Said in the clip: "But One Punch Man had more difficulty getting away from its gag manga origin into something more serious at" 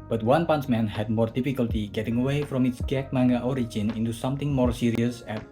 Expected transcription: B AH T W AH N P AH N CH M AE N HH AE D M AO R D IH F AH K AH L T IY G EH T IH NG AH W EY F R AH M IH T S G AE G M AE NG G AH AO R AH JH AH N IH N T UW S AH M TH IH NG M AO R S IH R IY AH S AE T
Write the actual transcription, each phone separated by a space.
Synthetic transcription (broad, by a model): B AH T W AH N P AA N S M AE N HH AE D M AO R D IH F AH K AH L T IY G EH T IH NG AH W EY F R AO M IH T S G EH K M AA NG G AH AO R AH JH AH N IH N T UW S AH M T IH NG M AO R S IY R IY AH S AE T